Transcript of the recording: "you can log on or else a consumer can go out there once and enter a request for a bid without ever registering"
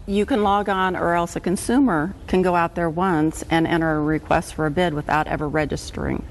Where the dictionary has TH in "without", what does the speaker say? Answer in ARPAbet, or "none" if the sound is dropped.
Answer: TH